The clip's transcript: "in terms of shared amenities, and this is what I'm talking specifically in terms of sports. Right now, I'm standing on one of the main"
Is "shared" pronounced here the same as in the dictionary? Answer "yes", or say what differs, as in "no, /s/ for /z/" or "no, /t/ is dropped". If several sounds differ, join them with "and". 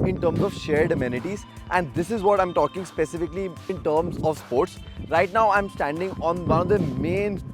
yes